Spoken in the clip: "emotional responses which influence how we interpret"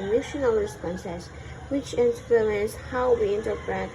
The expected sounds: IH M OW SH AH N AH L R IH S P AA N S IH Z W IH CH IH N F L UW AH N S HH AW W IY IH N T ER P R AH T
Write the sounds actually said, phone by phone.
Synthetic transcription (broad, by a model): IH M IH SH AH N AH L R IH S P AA N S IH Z W IH CH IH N P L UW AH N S HH AW W IY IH N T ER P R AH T